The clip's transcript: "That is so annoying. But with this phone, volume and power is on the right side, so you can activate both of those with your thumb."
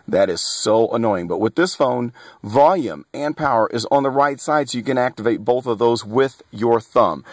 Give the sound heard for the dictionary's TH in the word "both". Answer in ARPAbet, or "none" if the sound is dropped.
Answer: TH